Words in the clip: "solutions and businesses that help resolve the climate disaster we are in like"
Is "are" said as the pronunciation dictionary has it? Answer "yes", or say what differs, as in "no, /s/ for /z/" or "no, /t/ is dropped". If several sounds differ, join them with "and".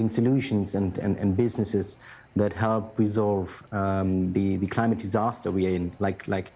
no, /l/ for /ɹ/